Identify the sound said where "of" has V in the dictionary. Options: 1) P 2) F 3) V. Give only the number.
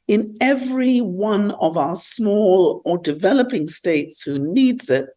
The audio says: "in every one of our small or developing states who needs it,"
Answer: 3